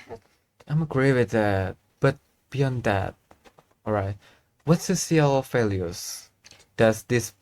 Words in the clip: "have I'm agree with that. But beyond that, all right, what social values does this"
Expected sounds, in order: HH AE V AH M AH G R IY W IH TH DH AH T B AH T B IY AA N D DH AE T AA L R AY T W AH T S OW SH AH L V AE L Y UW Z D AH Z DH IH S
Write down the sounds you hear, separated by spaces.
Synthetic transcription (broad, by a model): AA AH M AH G R IY W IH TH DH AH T B AH T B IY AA N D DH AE T AA L R AY T W AH T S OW S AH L F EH L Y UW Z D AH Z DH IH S